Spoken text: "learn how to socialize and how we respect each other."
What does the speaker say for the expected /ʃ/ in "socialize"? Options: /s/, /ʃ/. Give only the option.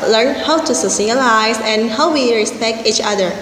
/s/